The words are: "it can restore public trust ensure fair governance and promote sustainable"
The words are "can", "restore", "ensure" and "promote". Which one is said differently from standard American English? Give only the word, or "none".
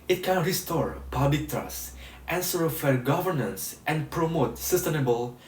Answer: ensure